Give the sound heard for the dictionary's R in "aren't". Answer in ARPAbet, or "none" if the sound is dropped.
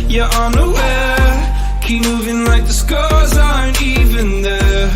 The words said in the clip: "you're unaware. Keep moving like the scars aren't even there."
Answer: none